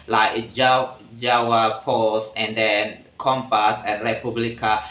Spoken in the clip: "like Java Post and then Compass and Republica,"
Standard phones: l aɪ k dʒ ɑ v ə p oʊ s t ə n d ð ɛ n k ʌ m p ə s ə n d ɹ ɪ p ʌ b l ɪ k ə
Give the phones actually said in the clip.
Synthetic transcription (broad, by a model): l aɪ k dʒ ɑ w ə p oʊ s ə n d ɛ n k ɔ m p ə s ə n ɹ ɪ p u b l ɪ k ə